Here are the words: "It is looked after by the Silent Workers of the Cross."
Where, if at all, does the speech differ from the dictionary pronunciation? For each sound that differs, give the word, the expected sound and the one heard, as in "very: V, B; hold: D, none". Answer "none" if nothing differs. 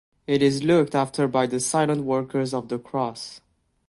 none